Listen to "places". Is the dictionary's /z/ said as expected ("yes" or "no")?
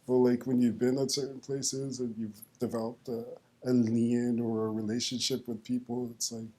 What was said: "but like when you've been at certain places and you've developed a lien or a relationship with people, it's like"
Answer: yes